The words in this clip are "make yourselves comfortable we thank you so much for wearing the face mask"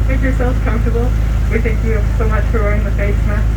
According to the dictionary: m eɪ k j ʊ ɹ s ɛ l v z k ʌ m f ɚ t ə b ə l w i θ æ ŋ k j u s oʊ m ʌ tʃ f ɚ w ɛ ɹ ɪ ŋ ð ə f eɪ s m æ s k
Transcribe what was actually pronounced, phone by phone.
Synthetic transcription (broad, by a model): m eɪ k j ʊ ɹ s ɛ l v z k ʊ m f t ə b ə l w i θ æ ŋ k j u s oʊ m ʌ tʃ f ɚ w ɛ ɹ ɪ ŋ ð ə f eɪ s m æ